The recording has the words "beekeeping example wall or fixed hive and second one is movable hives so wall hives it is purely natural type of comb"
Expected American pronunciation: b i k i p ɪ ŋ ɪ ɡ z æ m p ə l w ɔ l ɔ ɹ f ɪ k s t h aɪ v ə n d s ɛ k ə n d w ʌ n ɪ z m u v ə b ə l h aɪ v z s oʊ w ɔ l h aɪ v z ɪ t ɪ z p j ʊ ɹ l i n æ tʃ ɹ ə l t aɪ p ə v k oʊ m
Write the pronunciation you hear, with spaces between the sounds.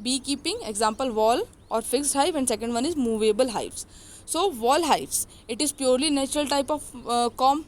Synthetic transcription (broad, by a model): b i k i p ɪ ŋ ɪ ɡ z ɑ m p ə l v ɔ l ɔ ɹ f ɪ k s t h aɪ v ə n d s ɛ k ə n d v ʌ n ɪ z m u v ə b ə l h aɪ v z s oʊ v ɔ l h aɪ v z ɪ t ɪ z p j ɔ ɹ l i n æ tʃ ɹ ə l t aɪ p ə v k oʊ m